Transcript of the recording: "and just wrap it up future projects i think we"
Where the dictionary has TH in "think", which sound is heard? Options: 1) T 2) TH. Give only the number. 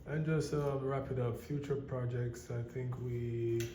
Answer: 2